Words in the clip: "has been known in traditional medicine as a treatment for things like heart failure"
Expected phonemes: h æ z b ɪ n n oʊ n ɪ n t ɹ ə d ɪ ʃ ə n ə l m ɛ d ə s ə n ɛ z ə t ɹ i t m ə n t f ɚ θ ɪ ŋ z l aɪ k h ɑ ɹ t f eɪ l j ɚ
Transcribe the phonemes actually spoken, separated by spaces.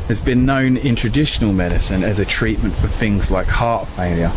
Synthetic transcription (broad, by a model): h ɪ z b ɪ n n oʊ n ɪ n t ɹ ə d ɪ ʃ ə n ə l m ɛ d ə s ə n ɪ z ə t ɹ i t m ə n t f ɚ θ ɪ ŋ z l aɪ k h ɑ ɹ t f eɪ l j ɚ